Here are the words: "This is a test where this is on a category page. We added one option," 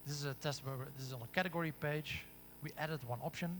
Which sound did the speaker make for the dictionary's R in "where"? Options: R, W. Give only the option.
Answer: W